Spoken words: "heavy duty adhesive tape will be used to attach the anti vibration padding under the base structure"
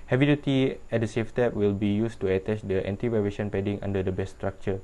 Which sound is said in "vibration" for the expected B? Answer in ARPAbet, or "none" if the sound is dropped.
none